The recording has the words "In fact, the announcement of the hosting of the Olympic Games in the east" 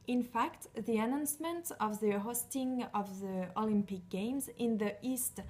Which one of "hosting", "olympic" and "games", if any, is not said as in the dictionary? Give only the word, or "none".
none